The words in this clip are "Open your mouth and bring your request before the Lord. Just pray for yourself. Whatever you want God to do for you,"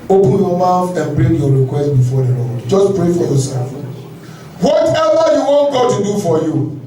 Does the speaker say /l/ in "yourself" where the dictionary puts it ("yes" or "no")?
no